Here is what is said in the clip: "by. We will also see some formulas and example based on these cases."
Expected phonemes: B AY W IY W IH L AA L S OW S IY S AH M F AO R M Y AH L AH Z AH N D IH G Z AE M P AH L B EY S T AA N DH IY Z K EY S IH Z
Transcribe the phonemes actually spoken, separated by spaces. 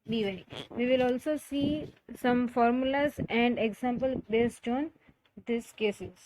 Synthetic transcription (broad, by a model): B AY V IY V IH L AA L S OW S IY S AH M F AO R M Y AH L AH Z AH N D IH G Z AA M P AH L B EY S T AA N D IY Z K EY S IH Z